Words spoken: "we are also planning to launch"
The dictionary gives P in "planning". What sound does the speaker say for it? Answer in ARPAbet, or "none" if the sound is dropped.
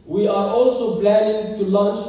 B